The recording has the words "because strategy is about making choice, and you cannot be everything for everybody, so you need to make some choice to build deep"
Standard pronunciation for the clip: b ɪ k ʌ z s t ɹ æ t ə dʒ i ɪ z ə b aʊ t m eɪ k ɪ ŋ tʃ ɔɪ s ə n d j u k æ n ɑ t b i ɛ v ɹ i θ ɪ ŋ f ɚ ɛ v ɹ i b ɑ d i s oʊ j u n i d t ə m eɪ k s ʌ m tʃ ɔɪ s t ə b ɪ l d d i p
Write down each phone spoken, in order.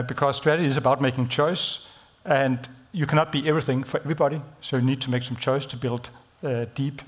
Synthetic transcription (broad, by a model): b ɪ k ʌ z s t ɹ æ t ə dʒ i ɪ z ə b aʊ t m eɪ k ɪ ŋ tʃ ɔɪ s ə n d j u k æ n ɑ t b i ɛ v ɹ i θ ɪ ŋ f ɚ ɛ v ɹ i b ɑ d i s oʊ j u n i d t ə m eɪ k s ʌ m tʃ ɔɪ s t ə b ɪ l d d i p